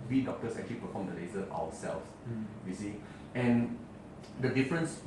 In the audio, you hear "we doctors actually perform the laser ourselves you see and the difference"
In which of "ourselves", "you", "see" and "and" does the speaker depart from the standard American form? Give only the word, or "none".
ourselves